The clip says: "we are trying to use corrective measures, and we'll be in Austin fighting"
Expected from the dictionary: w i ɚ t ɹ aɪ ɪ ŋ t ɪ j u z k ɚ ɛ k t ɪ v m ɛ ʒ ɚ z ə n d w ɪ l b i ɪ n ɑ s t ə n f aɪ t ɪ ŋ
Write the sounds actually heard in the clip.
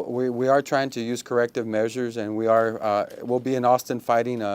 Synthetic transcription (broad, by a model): w i ɚ t ɹ aɪ ɪ ŋ t ɪ j u z k ɚ ɛ k t ɪ v m ɛ ʒ ɚ z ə n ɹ w ɪ l b i ɪ n ɑ s t ə n f aɪ t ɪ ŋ